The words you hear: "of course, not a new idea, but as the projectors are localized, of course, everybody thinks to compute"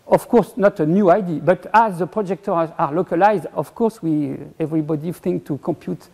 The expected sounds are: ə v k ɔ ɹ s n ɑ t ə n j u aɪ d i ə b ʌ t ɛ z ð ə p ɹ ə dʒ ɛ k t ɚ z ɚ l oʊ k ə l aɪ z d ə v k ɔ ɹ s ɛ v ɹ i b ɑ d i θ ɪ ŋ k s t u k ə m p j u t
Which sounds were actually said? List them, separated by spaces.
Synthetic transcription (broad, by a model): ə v k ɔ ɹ s n ɑ t ə n j u aɪ d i b ʌ t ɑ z ð ə p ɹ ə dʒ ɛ k t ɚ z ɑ l oʊ k ə l aɪ z d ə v k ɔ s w ɛ v ɹ i b ɑ d i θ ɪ ŋ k t u k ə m p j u t